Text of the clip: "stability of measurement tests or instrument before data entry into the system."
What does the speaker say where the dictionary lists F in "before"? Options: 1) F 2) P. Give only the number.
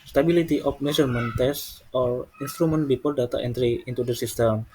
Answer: 2